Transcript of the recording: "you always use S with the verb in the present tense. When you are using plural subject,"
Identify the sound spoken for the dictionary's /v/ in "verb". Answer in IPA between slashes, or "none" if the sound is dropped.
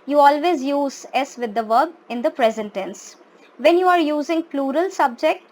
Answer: /v/